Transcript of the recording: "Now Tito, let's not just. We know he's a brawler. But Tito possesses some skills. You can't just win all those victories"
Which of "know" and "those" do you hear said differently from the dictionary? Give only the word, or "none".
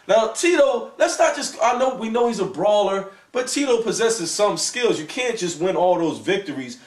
none